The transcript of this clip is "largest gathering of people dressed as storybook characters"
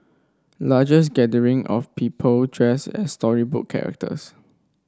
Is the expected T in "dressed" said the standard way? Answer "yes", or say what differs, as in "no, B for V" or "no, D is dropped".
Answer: no, T is dropped